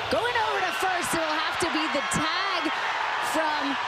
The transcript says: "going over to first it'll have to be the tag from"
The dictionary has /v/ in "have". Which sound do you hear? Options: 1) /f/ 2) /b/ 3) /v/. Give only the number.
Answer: 1